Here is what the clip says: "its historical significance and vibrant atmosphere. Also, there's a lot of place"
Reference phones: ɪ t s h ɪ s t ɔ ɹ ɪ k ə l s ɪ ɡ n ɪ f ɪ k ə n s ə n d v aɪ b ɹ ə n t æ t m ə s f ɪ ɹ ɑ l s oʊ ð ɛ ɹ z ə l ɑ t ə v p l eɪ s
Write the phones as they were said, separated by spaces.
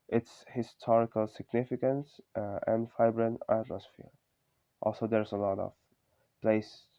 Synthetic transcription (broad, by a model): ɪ t s h ɪ s t ɔ ɹ ɪ k ə l s ɪ ɡ n ɪ f ɪ k ə n s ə n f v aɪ b ɹ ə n æ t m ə s f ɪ ɹ ɑ l s oʊ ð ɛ ɹ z ə l ɑ t ə v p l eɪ s